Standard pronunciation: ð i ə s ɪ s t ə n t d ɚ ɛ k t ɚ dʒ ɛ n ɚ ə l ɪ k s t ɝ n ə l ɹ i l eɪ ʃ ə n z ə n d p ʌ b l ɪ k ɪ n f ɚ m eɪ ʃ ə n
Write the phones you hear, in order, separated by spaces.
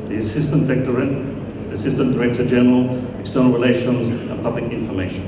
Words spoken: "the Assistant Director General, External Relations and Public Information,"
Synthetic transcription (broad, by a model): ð i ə s ɪ s t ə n t d ɚ ɛ k t ɚ dʒ ɛ n ɚ ə l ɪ k s t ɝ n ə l ɹ i l eɪ ʃ ə n z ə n p ʌ b l ɪ k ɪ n f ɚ m eɪ ʃ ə n